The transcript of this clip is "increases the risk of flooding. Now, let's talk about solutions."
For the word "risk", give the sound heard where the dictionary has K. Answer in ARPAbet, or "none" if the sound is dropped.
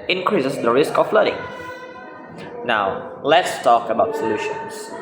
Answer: K